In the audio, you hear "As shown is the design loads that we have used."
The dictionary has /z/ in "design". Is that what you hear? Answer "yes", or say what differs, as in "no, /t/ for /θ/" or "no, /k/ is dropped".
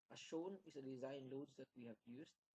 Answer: yes